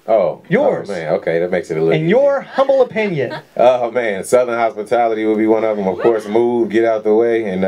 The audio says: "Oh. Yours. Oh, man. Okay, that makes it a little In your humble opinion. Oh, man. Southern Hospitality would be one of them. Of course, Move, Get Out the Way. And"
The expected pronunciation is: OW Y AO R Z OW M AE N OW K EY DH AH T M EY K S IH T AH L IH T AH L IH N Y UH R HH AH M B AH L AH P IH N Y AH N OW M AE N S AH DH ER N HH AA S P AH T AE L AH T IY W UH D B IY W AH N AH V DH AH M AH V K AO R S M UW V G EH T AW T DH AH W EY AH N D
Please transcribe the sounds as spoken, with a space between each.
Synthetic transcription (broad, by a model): OW Y AO R Z M AE N OW K EY DH AH T M EY K S IH T AH L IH IH N Y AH R HH AH M B L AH P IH N Y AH N OW M AE N S AH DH ER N HH AA S P AH T AE L AH T IY W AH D B IY W AH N AH V DH AH M AH V K AO R S M UW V G EH T AW T DH AH W EY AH N